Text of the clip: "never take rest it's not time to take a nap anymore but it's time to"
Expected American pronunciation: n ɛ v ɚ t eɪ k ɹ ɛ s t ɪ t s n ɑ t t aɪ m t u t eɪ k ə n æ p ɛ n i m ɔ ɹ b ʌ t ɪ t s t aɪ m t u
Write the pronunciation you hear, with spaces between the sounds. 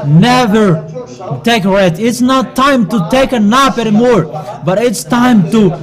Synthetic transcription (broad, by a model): n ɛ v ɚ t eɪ k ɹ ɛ t ɪ t s n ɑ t t aɪ m t u t eɪ k ə n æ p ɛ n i m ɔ ɹ b ʌ t ɪ t s t aɪ m t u